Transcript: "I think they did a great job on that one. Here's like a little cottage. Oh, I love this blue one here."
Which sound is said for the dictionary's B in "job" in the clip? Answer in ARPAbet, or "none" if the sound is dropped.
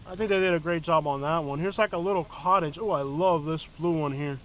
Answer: B